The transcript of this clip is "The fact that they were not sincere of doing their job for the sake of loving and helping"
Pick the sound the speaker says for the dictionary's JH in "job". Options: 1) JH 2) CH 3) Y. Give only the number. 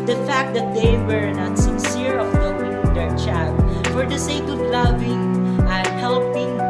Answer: 2